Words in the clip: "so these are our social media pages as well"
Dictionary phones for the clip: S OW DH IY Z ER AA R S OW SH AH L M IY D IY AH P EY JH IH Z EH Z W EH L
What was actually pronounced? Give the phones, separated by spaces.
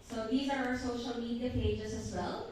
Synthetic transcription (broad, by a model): S OW DH IY Z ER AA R S OW SH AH L M IY D IY AH P EY JH IH Z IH Z W EH L